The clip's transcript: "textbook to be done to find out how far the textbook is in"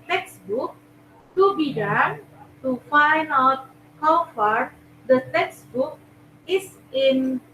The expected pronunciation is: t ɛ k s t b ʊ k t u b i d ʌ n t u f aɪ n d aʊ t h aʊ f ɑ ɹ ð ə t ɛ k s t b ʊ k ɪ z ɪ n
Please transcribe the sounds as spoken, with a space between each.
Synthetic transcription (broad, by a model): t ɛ k s t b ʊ k t u b i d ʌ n t u f aɪ n d aʊ t h aʊ f ɑ ɹ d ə t ɛ k s t b ʊ k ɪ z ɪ n